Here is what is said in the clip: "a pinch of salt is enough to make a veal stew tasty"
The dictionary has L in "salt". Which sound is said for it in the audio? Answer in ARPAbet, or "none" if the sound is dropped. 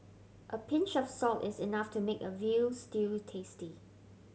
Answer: L